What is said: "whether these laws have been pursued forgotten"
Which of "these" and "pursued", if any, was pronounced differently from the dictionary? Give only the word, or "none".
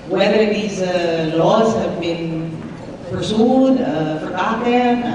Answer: none